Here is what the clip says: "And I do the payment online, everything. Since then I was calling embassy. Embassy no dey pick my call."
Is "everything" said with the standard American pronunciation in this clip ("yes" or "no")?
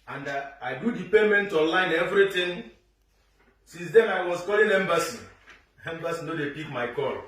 no